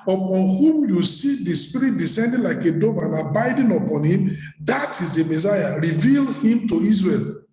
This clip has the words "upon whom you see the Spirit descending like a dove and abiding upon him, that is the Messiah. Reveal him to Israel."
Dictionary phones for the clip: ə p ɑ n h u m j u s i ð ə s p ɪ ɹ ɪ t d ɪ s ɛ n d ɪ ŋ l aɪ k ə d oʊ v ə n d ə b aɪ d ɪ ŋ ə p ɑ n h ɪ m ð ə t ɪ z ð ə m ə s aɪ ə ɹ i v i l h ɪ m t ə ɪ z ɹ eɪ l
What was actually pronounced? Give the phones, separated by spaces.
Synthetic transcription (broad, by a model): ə p ɑ n h u m j u s i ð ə s p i ɹ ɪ t d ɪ s ɛ n d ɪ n l aɪ k ə d oʊ v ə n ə b aɪ d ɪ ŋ ə p ɑ n h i m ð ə t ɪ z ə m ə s aɪ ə ɹ i v i l h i m t ə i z ɹ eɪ l